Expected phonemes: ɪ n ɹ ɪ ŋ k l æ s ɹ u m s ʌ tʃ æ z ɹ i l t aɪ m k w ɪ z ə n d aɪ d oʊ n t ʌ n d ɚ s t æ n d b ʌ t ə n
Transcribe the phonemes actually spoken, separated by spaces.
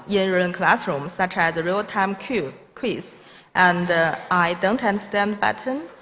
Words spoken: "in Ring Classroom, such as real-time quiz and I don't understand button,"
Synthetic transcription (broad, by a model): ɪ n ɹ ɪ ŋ k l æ s ɹ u m s ʌ tʃ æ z ɹ i l t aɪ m k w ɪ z ə n d aɪ d oʊ n t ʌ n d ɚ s t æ n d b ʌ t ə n